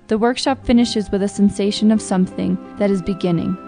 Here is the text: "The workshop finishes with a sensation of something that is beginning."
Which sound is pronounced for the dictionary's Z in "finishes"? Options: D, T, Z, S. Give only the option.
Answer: Z